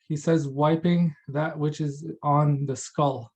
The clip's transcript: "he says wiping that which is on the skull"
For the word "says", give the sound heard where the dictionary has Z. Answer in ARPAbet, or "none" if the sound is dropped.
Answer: Z